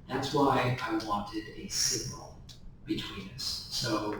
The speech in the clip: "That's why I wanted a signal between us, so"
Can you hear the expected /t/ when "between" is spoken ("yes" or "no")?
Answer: yes